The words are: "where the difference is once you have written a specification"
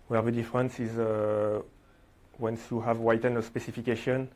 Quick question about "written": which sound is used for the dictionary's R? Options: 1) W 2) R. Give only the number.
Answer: 1